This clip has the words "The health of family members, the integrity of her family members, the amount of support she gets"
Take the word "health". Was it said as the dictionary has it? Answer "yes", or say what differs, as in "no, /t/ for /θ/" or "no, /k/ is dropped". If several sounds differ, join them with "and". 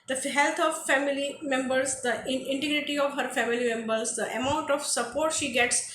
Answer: no, /t/ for /θ/